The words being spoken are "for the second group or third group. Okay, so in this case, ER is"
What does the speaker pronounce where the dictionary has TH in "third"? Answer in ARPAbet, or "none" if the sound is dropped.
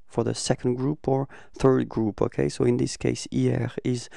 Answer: TH